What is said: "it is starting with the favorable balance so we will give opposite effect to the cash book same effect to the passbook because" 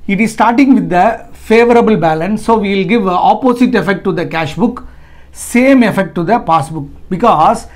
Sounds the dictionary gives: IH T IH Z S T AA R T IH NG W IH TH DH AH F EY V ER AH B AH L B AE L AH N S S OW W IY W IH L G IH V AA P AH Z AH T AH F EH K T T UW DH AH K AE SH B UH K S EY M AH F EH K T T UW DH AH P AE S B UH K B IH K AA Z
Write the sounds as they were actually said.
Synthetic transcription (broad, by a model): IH T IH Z S T AA R T IH NG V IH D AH F EY V ER AH B AH L B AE L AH N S S OW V IY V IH L G IH V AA P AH S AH T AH F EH K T T UW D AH K AE SH B UH K S EY M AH F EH K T T UW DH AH P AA S B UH K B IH K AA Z